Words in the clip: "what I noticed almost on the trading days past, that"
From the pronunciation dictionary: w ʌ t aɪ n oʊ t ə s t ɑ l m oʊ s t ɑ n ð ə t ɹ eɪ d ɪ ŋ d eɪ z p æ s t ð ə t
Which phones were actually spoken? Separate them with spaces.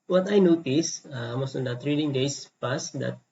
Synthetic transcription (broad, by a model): w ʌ t aɪ n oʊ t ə s ɑ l m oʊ s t ɑ n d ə t ɹ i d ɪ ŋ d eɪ s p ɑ s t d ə t